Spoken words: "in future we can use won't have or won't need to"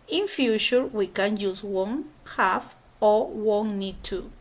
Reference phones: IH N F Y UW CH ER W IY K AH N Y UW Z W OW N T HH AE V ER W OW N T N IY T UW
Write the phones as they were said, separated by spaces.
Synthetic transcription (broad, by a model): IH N F Y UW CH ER W IY K AH N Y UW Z W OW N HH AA F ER W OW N N IY T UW